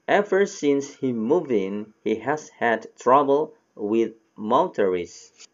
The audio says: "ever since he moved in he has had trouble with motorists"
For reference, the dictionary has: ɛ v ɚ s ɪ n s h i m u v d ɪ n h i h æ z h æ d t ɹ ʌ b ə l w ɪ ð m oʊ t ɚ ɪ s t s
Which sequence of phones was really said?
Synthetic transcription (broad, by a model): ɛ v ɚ s ɪ n s h i m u v ɪ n h i h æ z h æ d t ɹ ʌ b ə l w ɪ ð m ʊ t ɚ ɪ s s